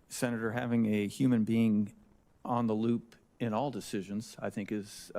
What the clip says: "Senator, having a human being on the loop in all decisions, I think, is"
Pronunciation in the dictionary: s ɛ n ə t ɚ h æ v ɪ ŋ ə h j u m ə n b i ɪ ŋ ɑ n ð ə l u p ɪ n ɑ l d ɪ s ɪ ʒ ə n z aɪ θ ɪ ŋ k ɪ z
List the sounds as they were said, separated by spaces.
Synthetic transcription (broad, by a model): s ɛ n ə t ɚ h æ v ɪ ŋ ə h j u m ə n b i ɪ ŋ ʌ n ð ə l u p ɪ n ɑ l d ɪ s ɪ ʒ ə n z aɪ θ ɪ ŋ k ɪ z